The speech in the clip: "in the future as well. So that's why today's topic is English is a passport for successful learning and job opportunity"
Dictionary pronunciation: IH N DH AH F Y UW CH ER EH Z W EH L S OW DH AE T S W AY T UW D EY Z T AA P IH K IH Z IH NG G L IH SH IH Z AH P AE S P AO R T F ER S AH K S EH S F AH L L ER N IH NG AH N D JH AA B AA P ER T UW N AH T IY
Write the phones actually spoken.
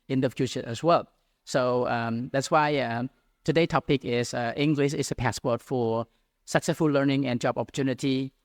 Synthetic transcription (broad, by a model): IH N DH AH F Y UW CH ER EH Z W EH L S OW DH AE T S W AY T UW D EY T AA P IH K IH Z IH NG G L IH SH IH S AH P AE S P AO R T F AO S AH K S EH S F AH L L ER N IH NG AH N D JH AA B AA P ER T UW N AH T IY